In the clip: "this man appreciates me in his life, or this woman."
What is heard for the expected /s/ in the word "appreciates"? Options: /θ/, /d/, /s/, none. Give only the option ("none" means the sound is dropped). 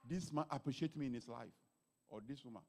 none